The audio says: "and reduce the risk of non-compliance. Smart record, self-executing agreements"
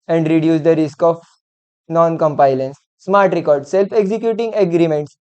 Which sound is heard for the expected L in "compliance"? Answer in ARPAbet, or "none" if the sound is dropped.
none